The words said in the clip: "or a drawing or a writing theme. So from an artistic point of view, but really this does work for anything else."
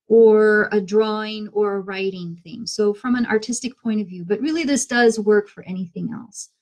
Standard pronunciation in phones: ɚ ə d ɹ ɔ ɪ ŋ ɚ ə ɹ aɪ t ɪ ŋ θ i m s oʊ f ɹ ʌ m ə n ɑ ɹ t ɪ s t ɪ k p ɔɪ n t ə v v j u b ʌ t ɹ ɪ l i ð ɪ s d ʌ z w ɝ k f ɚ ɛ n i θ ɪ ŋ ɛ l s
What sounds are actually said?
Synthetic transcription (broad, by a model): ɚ ə d ɹ ɔ ɪ ŋ ɚ ə ɹ aɪ t ɪ ŋ θ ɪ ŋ s oʊ f ɹ ʌ m ə n ɑ ɹ t ɪ s t ɪ k p ɔɪ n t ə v v j u b ʌ t ɹ ɪ l i ð ɪ s d ʌ z w ɝ k f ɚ ɛ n i θ ɪ ŋ ɛ l s